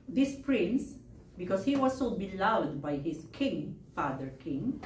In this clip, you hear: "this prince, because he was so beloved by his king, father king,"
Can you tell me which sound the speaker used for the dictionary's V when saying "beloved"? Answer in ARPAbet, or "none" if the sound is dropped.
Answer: W